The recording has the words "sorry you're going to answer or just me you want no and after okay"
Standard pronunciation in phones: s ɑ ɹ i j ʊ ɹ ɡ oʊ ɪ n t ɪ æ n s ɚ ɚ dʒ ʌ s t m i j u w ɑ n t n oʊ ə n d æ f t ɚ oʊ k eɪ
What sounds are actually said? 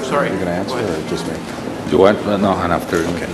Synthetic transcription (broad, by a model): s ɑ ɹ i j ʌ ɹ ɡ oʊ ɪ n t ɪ æ n s ɚ ɚ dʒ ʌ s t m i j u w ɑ t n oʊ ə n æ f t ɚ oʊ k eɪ